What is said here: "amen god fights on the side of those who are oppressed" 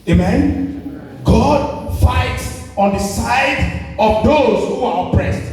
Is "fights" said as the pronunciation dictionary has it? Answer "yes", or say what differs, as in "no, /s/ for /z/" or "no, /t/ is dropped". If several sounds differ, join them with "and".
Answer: yes